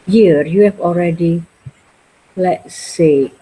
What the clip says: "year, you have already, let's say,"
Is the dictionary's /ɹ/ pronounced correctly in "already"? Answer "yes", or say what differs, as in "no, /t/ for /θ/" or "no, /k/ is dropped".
yes